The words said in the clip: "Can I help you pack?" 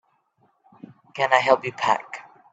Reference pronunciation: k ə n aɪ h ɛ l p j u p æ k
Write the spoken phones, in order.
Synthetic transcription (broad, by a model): k ə n aɪ h ɛ l p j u p æ k